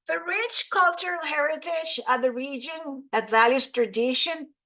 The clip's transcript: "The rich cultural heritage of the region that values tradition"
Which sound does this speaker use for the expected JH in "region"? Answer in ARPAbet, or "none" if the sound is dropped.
JH